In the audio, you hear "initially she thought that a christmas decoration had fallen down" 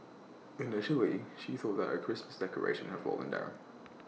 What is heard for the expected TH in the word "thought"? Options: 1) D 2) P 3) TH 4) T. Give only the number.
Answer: 3